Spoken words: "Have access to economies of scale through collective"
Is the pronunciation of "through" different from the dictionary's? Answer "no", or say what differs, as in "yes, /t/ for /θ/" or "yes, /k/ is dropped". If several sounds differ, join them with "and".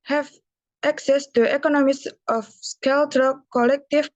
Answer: yes, /t/ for /θ/